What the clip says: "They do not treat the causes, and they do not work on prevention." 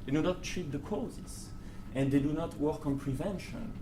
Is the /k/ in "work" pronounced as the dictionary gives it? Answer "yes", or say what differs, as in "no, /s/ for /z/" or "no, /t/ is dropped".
yes